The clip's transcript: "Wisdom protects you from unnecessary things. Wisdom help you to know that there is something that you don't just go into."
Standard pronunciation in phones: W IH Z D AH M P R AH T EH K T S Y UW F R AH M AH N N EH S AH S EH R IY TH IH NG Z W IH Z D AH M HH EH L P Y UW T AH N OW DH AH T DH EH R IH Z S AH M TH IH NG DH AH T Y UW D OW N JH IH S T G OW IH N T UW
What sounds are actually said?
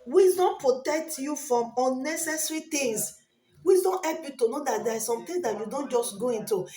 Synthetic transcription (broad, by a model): W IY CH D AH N P R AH T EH K T Y UW F R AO M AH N N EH S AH S R IY T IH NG S W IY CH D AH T HH EH L P Y UW T AH N OW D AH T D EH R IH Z S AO M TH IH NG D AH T Y UW D OW N JH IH S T G OW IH N T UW